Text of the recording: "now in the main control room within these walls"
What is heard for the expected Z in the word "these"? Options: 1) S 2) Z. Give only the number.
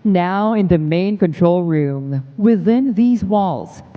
2